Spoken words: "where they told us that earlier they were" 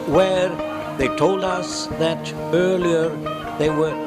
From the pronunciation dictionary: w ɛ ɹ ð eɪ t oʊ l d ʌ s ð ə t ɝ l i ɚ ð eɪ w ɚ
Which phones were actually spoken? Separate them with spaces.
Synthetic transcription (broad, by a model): w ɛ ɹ ð eɪ t oʊ l d ʌ s ð ə t ɝ l i ɚ ð eɪ w ɚ